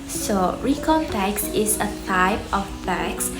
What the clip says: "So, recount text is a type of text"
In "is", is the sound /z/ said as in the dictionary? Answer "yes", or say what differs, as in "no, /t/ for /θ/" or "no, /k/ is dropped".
no, /s/ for /z/